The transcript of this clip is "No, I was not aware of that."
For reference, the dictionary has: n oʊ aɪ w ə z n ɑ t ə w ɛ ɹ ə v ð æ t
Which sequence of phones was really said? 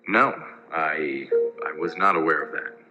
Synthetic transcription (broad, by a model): n oʊ aɪ w ə z n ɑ t ə w ɛ ɹ ə v ð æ t